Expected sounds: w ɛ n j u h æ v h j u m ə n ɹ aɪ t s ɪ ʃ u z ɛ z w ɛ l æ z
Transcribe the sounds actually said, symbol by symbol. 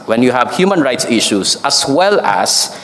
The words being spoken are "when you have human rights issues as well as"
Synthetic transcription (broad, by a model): w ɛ n j u h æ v h j u m ə n ɹ aɪ t s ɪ ʃ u s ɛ s w ɛ l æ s